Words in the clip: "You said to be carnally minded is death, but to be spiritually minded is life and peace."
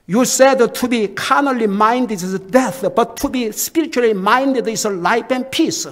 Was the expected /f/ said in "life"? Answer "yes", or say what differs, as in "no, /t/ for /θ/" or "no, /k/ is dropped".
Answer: no, /p/ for /f/